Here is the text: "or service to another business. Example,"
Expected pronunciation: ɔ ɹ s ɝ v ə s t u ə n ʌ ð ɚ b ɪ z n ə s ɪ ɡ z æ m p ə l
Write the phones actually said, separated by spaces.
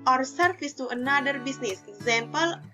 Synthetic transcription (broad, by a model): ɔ ɹ s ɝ f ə s t u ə n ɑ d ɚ b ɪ s n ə s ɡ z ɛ m p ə l